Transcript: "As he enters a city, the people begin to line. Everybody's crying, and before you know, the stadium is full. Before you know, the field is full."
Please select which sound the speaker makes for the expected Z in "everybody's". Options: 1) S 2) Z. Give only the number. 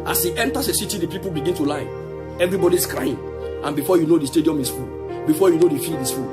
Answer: 1